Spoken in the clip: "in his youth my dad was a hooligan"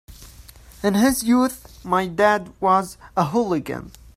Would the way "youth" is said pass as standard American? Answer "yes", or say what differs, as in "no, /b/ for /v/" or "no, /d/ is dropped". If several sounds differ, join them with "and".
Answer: yes